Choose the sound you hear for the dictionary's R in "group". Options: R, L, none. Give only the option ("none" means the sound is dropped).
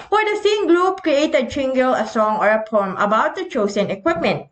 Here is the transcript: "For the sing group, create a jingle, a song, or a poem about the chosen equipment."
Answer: L